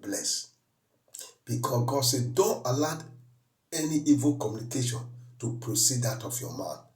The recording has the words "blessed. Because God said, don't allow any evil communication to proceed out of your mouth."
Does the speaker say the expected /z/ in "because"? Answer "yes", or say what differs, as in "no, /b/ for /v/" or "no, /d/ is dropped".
no, /z/ is dropped